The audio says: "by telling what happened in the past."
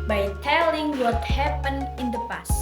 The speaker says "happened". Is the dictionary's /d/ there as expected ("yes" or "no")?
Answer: no